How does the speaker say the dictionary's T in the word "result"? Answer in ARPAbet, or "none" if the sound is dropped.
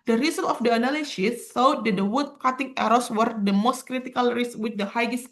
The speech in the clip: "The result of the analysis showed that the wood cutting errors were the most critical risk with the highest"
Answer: none